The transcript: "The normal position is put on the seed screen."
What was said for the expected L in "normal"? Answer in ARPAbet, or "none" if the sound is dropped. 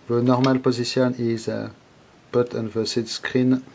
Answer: L